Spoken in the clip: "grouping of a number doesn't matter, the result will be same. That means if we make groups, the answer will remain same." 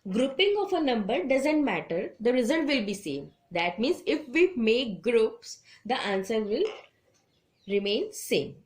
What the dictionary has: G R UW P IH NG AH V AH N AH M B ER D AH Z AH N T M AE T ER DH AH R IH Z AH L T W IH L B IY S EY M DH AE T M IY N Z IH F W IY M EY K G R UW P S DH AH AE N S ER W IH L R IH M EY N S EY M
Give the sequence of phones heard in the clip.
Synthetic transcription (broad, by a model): G R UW P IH NG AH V AH N AH M B ER D AH Z AH N T M AE T ER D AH R IH Z AH L T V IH L B IY S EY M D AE T M IY N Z IH F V IY M EY K G R UW P S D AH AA N S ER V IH L R IH M EY N S EY M